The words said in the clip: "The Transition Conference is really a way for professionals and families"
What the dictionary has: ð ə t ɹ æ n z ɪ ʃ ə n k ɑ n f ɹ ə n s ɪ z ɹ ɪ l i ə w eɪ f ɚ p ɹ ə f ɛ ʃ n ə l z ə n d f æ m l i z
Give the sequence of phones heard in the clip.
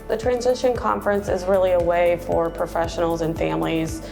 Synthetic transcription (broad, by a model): ð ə t ɹ æ n z ɪ ʃ ə n k ɑ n f ɹ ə n s ɪ z ɹ ɪ l i ə w eɪ f ɚ p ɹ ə f ɛ ʃ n l z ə n f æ m l i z